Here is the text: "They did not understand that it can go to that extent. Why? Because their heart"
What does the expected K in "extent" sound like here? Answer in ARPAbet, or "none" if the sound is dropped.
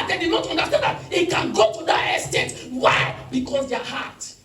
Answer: none